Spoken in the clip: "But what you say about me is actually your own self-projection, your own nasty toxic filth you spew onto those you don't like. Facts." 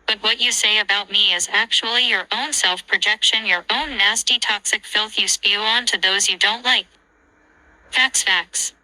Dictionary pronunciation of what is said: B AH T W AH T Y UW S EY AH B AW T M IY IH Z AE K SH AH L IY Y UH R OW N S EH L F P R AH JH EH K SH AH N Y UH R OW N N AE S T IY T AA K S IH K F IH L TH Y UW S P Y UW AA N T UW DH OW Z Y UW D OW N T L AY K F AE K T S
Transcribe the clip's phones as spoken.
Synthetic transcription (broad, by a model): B AH T W AH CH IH S EY AH B AW T M IY IH Z AE K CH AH L IY Y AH R OW N S EH L F P R AH JH EH K SH AH N Y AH R OW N N AE S T IY T AA K S IH K F IH L TH Y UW S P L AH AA N T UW DH OW Z Y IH D OW N T L AY K F AE K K S